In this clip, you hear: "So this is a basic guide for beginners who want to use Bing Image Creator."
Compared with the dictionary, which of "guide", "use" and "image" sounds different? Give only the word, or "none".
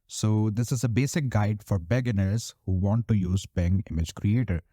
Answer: none